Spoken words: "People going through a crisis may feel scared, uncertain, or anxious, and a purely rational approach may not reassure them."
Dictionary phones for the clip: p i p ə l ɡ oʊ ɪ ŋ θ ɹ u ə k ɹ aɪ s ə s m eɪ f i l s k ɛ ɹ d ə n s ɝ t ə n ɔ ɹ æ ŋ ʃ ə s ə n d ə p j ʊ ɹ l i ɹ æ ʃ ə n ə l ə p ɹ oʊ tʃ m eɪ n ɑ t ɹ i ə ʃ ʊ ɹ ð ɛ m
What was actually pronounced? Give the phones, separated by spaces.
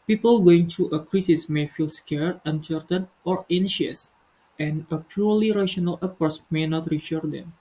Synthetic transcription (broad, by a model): p i p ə l ɡ oʊ ɪ ŋ t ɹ u ə k ɹ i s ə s m eɪ f i l s k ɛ ɹ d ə n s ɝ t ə n ɔ ɹ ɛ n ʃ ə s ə n ə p j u ɹ l i ɹ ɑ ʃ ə n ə l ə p oʊ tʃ m eɪ n ɑ t ɹ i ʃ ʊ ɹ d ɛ m